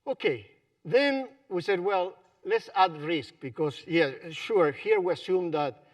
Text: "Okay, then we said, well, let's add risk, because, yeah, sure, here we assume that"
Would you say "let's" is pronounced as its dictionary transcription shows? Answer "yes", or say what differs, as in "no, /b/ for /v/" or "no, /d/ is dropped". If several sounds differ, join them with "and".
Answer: yes